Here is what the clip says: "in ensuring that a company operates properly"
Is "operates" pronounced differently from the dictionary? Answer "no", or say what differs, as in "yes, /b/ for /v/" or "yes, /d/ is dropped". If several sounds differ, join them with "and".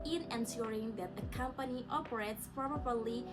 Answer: no